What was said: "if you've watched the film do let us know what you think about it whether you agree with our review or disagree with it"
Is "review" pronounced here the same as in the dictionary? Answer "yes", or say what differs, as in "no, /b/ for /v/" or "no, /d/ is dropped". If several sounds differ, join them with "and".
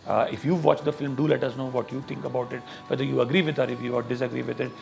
no, /f/ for /v/